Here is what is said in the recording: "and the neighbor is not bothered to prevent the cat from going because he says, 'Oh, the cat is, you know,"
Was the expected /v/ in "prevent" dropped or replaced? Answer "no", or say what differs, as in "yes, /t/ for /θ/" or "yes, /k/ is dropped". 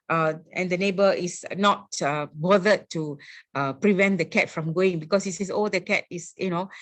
no